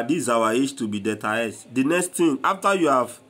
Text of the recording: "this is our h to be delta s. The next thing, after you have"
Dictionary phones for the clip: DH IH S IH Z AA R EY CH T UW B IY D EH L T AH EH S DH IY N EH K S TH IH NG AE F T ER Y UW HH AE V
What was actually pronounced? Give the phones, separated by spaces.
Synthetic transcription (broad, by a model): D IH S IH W AA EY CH T UW B IY D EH T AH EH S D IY N EH K S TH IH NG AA F T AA Y UW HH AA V